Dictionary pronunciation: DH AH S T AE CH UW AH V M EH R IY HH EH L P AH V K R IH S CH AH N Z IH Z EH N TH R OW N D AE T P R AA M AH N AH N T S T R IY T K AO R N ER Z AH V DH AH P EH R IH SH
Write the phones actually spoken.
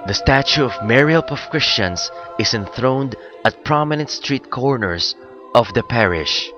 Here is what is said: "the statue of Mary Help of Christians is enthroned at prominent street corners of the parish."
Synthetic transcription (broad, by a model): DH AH S T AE CH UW AH V M EH R IY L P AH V K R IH S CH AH N S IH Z EH N TH R OW N D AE T P R AA M AH N AH N T S T R IY T K AO R N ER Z AH V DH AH P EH R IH SH